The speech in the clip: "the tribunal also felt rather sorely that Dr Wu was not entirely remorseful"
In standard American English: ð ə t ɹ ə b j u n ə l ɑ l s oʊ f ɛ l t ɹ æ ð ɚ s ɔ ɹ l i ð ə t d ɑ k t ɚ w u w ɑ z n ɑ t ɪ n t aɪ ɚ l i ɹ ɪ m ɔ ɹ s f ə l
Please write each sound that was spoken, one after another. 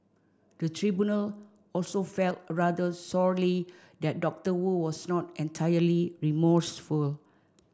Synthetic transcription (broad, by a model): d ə t ɹ ə b j u n ə l ɑ l s oʊ f ɛ l t ɹ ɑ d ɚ s ɔ ɹ l i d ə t d ɑ k t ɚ w u w ɑ s n ɑ t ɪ n t aɪ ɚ l i ɹ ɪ m ɔ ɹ s f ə l